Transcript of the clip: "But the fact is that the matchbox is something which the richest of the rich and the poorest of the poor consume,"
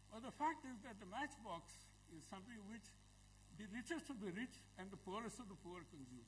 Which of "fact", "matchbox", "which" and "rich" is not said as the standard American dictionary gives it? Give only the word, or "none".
none